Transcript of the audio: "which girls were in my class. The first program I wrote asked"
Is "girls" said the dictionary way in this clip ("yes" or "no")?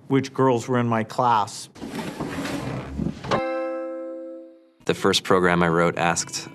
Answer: yes